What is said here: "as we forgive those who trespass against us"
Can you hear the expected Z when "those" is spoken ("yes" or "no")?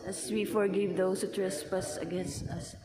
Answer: no